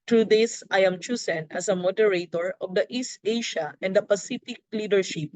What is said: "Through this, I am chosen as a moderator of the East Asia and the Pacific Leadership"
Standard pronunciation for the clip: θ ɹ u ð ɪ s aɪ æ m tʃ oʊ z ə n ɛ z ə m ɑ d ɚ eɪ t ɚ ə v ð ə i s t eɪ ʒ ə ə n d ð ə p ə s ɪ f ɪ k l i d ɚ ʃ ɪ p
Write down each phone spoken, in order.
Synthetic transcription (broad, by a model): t ɹ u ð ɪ s aɪ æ m tʃ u s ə n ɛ s ə m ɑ d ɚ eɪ t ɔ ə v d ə i s t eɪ ʃ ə ə n d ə p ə s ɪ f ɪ k l i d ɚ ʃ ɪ p